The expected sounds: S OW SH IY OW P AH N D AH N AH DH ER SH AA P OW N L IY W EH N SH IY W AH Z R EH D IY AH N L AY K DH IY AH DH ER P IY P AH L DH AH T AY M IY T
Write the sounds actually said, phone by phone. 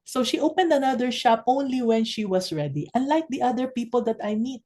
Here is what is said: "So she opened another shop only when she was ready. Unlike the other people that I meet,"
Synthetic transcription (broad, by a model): S OW SH IY OW P AH N D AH N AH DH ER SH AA P OW N L IY W EH N SH IY W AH S R EH D IY AH N L AY K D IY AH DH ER P IY P AH L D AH T AY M IY T